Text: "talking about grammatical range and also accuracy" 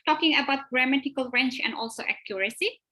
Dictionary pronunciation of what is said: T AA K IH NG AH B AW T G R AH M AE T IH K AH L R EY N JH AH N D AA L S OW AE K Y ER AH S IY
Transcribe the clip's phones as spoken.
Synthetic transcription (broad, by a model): T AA K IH NG AH B AW T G R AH M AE T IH K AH L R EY N CH AH N D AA L S OW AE K Y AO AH S IY